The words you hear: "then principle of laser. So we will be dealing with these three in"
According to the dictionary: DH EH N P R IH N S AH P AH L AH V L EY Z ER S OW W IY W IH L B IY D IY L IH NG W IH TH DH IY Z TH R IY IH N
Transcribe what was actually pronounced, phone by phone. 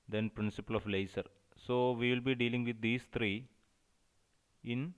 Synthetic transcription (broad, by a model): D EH N P R IH N S AH P AH L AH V L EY S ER S OW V IY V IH L B IY D IY L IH NG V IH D IY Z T R IY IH N